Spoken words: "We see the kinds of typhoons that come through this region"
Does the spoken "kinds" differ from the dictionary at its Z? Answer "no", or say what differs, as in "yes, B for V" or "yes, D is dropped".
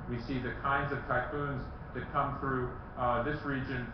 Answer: no